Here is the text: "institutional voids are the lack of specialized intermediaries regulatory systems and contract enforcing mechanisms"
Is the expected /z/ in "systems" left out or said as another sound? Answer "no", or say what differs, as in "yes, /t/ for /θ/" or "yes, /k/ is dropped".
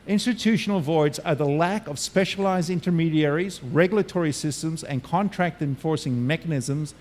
no